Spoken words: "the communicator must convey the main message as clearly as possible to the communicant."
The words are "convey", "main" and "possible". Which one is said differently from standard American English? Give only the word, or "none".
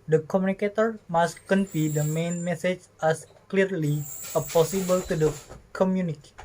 convey